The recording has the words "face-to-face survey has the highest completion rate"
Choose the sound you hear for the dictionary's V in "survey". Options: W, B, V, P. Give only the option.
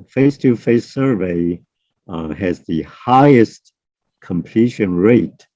V